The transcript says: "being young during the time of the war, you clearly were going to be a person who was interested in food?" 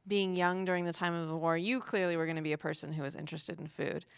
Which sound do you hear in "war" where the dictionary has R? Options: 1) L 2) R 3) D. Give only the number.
2